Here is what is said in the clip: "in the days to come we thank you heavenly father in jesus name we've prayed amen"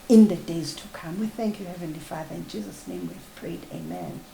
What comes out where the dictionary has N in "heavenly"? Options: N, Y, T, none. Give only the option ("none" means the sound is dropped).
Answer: N